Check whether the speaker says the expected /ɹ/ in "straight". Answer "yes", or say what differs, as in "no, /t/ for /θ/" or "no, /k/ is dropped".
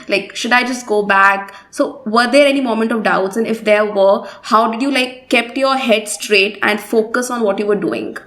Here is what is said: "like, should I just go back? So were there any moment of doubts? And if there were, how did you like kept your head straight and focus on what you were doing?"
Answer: yes